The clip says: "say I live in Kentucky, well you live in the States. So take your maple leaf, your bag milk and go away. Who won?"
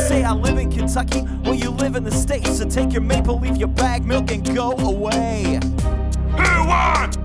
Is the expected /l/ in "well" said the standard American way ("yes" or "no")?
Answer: no